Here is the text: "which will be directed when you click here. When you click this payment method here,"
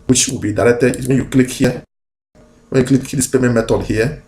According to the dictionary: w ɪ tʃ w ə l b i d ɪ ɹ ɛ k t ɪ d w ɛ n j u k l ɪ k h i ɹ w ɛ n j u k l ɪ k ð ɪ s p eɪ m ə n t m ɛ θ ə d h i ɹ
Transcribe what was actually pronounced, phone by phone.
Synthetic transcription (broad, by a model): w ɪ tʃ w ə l b i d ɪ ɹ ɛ t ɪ w ɛ n j u k l ɪ k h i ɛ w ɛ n j u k l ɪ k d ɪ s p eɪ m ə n m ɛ t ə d h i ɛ